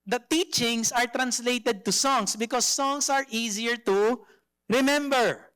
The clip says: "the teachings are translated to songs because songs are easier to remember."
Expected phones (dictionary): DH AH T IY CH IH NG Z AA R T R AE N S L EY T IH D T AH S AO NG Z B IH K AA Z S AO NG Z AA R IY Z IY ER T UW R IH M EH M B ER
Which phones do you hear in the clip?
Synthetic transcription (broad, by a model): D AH T IY CH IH NG S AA R T R AE N S L EY T IH D T AH S AO NG S B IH K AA S AO NG S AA R IY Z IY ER T UW R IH M EH M B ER